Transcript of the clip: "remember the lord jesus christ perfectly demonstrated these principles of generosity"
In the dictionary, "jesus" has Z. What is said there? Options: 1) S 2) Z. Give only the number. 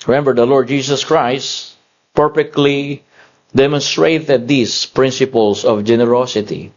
1